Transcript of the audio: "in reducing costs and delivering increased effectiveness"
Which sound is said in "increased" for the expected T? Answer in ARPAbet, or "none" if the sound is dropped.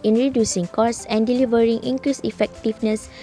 none